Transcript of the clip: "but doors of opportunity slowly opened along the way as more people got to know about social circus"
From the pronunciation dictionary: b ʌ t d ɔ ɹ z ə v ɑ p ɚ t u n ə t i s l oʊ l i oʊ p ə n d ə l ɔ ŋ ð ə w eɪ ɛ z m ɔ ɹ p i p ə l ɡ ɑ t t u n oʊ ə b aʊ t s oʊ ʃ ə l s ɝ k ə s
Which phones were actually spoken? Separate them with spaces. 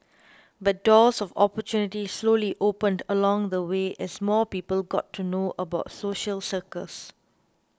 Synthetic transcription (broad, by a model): b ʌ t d ɔ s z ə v ɑ p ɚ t u n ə t i s l oʊ l i oʊ p ə n d ə l ɔ ŋ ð ə w eɪ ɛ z m ɔ p i p ə l ɡ ɑ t t u n oʊ ə b aʊ t s oʊ ʃ ə l s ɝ k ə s